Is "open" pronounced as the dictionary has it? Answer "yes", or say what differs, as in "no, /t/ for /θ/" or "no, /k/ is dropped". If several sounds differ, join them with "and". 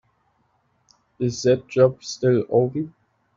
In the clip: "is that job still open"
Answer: no, /n/ is dropped